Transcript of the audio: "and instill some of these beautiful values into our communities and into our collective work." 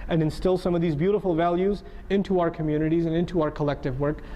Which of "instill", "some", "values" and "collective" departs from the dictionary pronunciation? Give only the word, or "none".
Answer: none